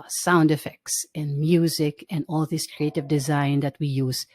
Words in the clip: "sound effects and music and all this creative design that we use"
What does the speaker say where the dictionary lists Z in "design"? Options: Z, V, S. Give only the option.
Z